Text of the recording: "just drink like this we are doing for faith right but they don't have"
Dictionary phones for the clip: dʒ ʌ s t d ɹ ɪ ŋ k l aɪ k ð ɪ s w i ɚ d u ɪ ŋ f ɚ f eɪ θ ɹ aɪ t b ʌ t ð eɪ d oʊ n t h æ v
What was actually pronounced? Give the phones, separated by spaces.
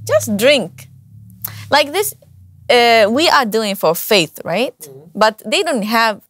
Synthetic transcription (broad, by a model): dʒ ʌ s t d ɹ ɪ ŋ k l aɪ k ð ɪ s w i ɚ d u ɪ ŋ f ɚ f eɪ θ ɹ aɪ t b ʌ t ð eɪ d oʊ n t h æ v